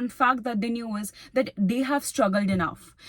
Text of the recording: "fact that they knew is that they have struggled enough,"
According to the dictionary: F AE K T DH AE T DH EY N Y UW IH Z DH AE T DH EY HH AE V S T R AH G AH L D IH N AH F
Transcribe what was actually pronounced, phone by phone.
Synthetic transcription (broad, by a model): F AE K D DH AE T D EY N Y UW IH Z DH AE T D EY HH AE V S T R AH G AH L D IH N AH F